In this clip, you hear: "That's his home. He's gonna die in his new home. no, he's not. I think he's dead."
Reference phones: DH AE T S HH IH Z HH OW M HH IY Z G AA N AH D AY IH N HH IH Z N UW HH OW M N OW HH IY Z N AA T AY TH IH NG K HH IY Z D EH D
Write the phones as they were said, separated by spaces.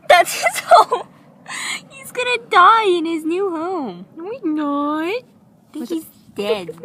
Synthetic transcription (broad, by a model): DH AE T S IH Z HH OW M HH IY Z G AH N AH D AY IH N IH Z N UW HH OW M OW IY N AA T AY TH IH K HH IY Z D EH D